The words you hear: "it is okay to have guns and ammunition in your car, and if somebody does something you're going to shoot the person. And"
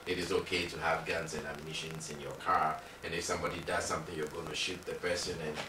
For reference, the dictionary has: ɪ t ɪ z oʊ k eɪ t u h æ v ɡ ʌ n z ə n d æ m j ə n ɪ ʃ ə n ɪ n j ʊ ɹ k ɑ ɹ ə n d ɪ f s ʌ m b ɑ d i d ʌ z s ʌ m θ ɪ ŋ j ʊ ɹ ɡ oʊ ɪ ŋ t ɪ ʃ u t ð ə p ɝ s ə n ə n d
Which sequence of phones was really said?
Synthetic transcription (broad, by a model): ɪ t ɪ z oʊ k eɪ t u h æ v ɡ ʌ n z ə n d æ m j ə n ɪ ʃ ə n ɪ n j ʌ ɹ k ɑ ɹ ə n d ɪ f s ʌ m b ɑ d i d ʌ z s ʌ m θ ɪ ŋ j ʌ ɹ ɡ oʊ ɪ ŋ t ɪ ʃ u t ð ə p ɝ s ə n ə n